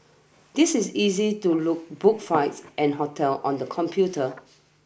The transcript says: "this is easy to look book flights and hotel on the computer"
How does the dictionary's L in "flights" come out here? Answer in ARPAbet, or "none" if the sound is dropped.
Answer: none